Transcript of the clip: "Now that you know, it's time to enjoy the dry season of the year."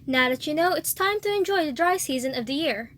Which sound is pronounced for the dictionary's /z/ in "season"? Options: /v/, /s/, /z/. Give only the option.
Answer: /z/